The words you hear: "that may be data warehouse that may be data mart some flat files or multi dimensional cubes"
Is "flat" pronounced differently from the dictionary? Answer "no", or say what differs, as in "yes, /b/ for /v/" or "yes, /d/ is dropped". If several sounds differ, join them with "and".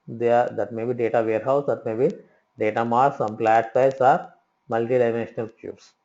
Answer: yes, /p/ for /f/